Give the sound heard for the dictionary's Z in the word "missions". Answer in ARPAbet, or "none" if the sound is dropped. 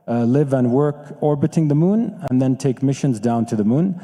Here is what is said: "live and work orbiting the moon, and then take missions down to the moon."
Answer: Z